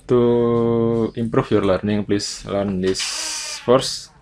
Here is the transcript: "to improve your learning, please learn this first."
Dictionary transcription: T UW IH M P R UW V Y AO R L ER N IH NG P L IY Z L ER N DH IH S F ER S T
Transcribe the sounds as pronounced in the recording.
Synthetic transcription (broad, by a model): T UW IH M P R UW F Y AO R L ER N IH NG P L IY S L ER N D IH S F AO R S